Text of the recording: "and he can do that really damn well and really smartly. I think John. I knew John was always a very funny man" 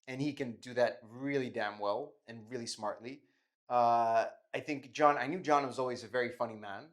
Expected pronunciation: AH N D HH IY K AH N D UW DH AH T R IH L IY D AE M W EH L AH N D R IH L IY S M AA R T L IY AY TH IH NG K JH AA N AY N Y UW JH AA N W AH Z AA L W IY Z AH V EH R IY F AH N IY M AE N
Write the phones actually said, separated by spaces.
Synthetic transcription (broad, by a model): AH N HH IY K AH N D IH DH AH T R IH L IY D AE M W EH L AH N R IH L IY S M AA R T L IY AY TH IH NG K JH AA N AY N Y UW JH AA N W AH Z AA L W IY Z AH V EH R IY F AH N IY M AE N